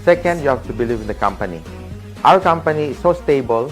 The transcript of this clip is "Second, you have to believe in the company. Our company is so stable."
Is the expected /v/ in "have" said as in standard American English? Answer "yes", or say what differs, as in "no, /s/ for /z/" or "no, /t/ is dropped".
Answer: no, /f/ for /v/